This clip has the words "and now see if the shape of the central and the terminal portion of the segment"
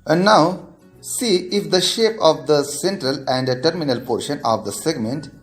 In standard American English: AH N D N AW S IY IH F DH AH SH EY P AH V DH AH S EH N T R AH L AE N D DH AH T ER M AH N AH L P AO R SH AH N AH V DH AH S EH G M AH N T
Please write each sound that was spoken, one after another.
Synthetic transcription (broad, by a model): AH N D N AW S IY IH F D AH SH EY P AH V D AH S EH N T R AH L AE N D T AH T M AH N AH L P AO R SH AH N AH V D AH S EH G M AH N T